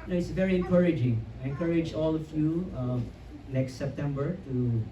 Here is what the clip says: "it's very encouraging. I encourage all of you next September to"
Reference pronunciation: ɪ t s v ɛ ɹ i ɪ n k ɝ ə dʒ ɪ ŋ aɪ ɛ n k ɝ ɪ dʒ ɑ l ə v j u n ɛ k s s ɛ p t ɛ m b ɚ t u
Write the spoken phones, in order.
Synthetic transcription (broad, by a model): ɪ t s v ɛ ɹ i ɪ n k ɝ ə dʒ ɪ ŋ aɪ ɛ n k ɝ ɪ dʒ ɑ l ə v j u l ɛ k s s ɛ p t ɛ m b ɚ t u